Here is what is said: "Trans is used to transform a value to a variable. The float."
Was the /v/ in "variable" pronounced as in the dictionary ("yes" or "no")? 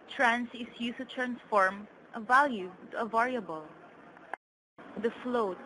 yes